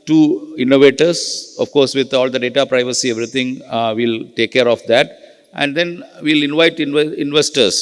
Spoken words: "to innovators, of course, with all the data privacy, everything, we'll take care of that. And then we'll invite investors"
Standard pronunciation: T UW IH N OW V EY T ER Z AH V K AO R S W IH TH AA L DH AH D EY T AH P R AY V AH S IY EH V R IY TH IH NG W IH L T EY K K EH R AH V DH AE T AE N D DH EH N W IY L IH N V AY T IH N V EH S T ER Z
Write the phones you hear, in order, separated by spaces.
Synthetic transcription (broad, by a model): T UW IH N OW V EY T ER S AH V K AO R S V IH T AA L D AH D EY T AH P R AY V AH S IY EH V R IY T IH NG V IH L T EY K K EH R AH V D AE T AE N D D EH N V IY L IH N V AY T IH N V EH S T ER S